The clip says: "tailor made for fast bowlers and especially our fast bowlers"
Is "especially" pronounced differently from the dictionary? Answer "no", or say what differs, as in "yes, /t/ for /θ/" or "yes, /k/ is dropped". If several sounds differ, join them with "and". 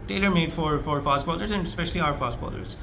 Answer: no